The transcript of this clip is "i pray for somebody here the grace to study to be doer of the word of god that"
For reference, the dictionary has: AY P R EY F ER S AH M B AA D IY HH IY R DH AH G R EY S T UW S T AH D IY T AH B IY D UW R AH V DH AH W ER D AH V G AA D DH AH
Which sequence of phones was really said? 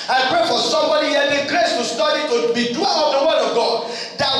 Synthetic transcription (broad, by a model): AY P R EY F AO S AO M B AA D IY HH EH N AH G R EY S T UW S T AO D IY T AH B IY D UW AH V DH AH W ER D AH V G AA D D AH